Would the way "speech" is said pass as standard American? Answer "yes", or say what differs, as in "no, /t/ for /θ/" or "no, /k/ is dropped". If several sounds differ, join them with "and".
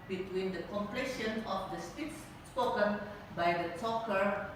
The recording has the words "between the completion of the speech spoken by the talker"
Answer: no, /s/ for /tʃ/